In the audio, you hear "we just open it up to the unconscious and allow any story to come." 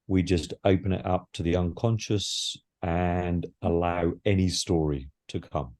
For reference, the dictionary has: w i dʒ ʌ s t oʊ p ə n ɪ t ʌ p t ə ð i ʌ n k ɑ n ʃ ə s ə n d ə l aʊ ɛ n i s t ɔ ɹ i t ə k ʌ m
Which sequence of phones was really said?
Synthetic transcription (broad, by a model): w i dʒ ʌ s t oʊ p ə n ɪ t ʌ p t ə ð i ʌ n k ɑ n ʃ ə s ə n ə l aʊ ɛ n i s t ɔ ɹ i t ə k ʌ m